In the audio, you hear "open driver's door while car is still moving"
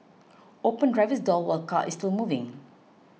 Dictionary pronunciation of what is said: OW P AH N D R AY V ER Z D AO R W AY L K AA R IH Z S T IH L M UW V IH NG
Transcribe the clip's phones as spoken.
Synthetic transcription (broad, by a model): OW P AH N D R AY V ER S D AO L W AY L K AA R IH S T IH L M UW V IH NG